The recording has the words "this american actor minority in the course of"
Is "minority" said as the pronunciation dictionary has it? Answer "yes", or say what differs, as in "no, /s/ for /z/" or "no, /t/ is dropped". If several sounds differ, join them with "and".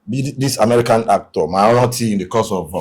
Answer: no, /n/ is dropped